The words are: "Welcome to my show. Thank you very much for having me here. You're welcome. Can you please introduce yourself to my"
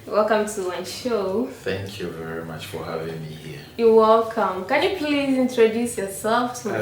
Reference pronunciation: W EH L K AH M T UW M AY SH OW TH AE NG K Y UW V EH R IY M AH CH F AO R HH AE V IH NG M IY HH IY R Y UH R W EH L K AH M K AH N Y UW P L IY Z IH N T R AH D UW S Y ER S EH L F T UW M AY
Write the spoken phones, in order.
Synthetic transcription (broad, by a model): W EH L K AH M T UW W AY SH OW TH AE NG K Y UW V EH R IY M AH CH F AO R HH AE V IH NG M IY HH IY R Y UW W EH L K AH M K AH N Y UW P L IY Z IH N T R AH D UW S Y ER S EH L F T UW